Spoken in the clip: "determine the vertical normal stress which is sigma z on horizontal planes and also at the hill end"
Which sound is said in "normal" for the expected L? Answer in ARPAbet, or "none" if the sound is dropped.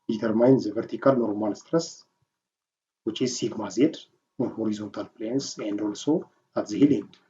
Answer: N